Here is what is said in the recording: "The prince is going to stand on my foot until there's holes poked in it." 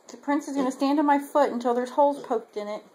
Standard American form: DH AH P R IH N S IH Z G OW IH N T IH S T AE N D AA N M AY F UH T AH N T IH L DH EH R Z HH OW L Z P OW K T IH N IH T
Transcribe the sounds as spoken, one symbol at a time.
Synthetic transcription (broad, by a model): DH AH P R IH N S IH Z G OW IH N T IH S T AE N D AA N M AY F UH T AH N T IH L DH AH R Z HH OW L P OW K T IH N IH T